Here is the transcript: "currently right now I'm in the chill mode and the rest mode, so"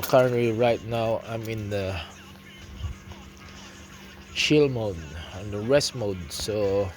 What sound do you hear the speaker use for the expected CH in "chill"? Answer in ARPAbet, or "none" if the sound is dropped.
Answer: SH